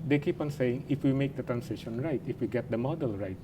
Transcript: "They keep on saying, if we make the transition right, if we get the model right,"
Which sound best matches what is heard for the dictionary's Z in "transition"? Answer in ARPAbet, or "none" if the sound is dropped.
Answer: S